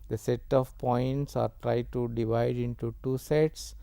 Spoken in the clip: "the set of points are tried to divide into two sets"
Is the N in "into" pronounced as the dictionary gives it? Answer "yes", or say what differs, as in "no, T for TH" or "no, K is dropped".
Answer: yes